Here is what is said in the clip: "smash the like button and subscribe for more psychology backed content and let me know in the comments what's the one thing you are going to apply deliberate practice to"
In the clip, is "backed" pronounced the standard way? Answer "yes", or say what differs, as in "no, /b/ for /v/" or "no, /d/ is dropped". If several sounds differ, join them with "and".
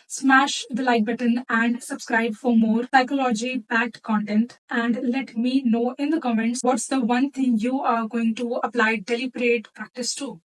no, /k/ is dropped